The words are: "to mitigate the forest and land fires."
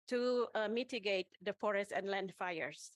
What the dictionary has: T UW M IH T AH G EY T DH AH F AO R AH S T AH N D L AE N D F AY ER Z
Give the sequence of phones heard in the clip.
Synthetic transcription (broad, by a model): T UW M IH T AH G EY T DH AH F AO R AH S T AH N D L AE N D F AY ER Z